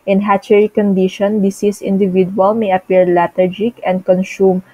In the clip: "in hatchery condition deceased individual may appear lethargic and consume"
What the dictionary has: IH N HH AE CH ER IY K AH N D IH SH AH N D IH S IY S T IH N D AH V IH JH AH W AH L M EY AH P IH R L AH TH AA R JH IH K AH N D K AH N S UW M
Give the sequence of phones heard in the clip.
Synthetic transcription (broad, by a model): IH N HH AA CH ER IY K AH N D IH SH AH N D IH S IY S IH N D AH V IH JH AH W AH L M EY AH P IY R L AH T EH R JH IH K AH N D K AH N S UW M